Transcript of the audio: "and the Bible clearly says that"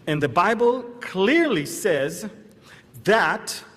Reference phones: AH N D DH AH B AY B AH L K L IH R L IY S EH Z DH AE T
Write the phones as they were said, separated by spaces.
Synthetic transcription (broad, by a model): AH N DH AH B AY B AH L K L IH R L IY S EH Z DH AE T